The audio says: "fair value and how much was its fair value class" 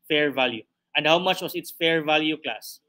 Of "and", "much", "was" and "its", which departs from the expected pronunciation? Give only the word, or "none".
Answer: was